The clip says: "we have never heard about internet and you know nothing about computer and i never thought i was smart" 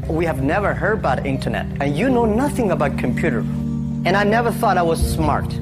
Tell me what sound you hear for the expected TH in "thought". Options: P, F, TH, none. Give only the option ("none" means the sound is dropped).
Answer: TH